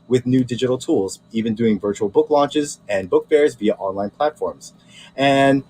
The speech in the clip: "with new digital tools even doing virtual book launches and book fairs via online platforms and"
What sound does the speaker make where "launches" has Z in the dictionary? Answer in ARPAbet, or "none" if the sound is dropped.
Z